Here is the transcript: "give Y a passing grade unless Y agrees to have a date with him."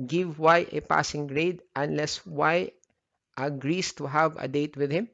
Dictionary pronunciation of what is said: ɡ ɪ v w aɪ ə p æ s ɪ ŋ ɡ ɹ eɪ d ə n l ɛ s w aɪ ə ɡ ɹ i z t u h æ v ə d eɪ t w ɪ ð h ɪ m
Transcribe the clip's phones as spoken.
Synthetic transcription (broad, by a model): ɡ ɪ v w aɪ ə p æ s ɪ ŋ ɡ ɹ eɪ d ə n l ɛ s w aɪ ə ɡ ɹ i s t u h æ v ə d eɪ t w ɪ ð h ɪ m